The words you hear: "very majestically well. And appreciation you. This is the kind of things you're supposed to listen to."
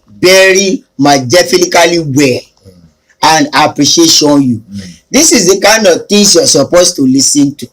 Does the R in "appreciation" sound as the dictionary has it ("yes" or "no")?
yes